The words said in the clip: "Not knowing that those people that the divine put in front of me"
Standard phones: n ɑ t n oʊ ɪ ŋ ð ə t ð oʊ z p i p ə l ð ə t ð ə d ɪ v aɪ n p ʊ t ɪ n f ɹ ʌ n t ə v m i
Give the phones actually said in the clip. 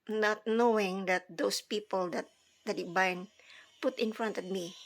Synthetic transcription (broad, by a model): n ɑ t n oʊ ɪ ŋ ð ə t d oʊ s p i p ə l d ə t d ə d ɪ b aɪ n p ʊ t ɪ n f ɹ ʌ n t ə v m i